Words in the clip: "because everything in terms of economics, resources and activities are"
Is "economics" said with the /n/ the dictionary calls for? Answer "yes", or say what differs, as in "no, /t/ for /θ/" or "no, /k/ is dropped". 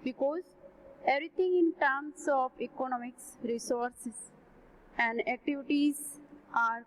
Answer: yes